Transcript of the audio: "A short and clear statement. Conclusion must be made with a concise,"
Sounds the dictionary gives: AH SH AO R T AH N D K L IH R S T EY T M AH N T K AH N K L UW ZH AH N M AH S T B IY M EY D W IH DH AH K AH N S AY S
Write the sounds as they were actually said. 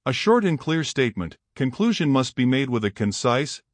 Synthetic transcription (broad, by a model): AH SH AO R T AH N K L IH R S T EY T M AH N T K AH N K L UW ZH AH N M AH S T B IY M EY D W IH DH AH K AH N S AY S